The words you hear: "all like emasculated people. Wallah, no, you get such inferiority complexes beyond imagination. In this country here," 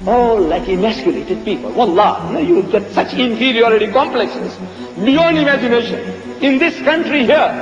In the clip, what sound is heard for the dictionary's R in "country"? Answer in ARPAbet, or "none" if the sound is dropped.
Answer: R